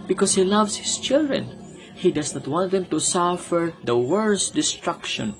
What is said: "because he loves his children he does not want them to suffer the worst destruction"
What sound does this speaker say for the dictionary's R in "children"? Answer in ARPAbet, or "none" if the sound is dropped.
R